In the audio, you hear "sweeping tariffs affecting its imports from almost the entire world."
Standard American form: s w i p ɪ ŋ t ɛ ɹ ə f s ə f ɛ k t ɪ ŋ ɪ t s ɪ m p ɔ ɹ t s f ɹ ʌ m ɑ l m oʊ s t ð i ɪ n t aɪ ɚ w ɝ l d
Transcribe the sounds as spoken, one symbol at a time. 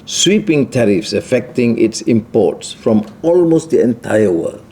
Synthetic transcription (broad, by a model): s w i p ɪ ŋ t ɛ ɹ ə f s ə f ɛ k t ɪ ŋ ɪ t s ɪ m p ɔ t s f ɹ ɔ m ɑ l m oʊ s t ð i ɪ n t aɪ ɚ w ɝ l